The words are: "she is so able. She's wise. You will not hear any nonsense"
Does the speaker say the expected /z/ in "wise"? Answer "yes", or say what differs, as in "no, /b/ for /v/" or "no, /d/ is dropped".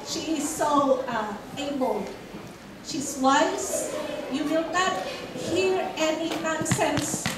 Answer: no, /s/ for /z/